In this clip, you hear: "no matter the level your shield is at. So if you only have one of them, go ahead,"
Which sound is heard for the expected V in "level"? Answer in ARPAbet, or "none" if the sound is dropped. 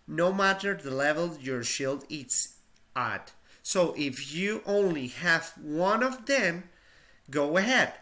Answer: V